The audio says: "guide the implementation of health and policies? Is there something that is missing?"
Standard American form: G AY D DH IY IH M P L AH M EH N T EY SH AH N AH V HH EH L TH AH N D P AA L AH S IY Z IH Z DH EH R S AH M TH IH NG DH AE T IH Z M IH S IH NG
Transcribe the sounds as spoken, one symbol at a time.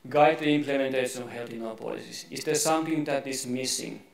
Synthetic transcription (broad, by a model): G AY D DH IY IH M P L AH M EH N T EY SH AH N AH V HH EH L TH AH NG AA P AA L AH S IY S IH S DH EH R S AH M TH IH NG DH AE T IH S M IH S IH NG